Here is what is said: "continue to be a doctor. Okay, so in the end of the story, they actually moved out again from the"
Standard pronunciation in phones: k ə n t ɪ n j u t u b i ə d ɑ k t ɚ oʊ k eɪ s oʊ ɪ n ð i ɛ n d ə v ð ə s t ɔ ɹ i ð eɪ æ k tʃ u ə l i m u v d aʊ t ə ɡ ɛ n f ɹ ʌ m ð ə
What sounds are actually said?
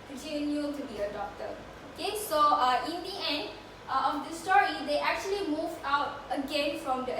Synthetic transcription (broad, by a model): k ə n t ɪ n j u t u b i ə d ɑ k t ɚ oʊ k eɪ s oʊ ɪ n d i ɛ n d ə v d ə s t ɔ ɹ i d eɪ æ k tʃ u ə l i m u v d aʊ t ə ɡ ɛ n f ɹ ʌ m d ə